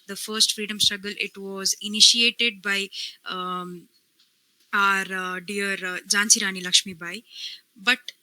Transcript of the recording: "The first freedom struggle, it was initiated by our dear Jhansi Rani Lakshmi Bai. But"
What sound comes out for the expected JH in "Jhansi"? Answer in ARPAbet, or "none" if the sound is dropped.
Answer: JH